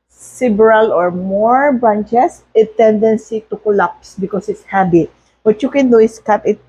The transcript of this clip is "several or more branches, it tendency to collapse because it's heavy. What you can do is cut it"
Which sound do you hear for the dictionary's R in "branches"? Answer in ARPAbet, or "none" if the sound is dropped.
none